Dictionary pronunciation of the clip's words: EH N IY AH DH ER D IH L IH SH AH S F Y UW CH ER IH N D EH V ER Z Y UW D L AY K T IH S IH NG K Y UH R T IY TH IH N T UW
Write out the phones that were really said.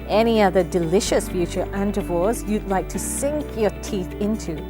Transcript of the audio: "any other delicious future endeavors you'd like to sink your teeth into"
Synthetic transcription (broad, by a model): EH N IY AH DH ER D IH L IH SH AH S F Y UW CH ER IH N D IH V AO S Y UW D L AY K T IH S IH NG K Y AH R T IY TH IH N T UW